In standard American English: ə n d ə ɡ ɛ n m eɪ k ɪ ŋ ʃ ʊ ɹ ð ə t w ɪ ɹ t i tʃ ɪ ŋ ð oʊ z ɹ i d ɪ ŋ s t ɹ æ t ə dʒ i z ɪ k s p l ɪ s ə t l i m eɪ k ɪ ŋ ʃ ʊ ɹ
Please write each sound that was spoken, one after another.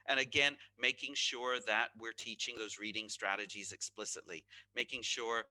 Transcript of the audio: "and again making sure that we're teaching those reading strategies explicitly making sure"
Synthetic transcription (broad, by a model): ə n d ə ɡ ɛ n m eɪ k ɪ ŋ ʃ ʊ ɹ ð ə t w ɪ ɹ t i tʃ ɪ ŋ ð oʊ z ɹ i d ɪ ŋ s t ɹ æ t ə dʒ i z ɪ k s p l ɪ s ə t l i m eɪ k ɪ ŋ ʃ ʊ ɹ